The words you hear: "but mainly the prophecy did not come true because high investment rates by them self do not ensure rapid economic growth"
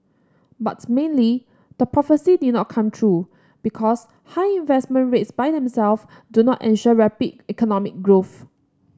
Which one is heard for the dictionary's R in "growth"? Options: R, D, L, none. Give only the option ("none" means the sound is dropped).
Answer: R